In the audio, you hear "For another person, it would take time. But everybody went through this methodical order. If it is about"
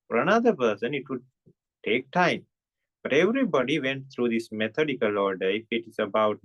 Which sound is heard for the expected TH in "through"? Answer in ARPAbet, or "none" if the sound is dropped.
T